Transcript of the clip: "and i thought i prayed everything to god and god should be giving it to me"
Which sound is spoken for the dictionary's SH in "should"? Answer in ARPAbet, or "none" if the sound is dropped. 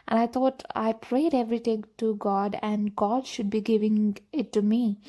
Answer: SH